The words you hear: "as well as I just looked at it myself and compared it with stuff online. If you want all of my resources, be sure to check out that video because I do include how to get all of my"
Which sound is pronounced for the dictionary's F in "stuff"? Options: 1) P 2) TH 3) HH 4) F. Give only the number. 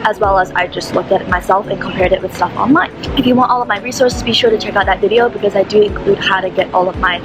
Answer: 4